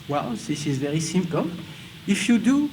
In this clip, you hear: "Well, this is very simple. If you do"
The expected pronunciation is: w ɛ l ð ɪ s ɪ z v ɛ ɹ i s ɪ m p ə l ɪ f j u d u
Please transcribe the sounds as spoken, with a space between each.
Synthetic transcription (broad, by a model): w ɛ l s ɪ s ɪ z v ɛ ɹ i s ɪ m p ə l ɪ f j u d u